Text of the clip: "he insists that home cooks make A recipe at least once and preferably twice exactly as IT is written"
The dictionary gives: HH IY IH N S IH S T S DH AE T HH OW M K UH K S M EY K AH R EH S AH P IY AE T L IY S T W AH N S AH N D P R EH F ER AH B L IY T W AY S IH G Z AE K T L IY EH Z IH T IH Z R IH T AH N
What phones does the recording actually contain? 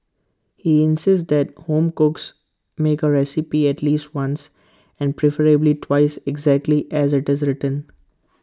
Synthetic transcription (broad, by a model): HH IY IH N S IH S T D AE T HH OW M K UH K S M EY K AH R EH S AH P IY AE T L IY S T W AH N S AH N D P R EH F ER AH B L IY T W AY S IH G Z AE K T L IY EH Z IH T IH Z R IH T AH N